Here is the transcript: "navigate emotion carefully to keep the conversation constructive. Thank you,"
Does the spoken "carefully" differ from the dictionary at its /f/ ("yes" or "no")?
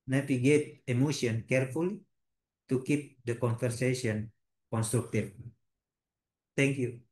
no